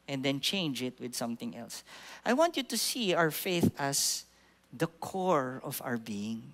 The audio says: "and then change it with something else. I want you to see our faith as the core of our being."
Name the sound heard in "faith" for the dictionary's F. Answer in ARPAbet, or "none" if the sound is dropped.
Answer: F